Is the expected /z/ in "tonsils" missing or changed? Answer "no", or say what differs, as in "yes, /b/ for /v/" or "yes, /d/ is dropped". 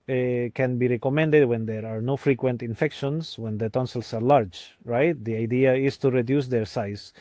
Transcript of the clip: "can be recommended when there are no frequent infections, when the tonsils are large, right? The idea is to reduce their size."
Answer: yes, /s/ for /z/